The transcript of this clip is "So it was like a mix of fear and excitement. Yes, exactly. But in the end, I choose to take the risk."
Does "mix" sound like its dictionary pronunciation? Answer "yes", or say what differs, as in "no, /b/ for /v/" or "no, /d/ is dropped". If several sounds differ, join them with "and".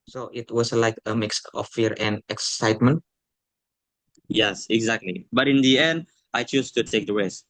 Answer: yes